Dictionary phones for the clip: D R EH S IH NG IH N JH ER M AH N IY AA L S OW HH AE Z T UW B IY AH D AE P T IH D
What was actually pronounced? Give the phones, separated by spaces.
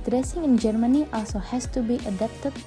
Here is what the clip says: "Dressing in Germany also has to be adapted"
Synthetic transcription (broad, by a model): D R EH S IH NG IH N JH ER M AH N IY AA S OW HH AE S T UW B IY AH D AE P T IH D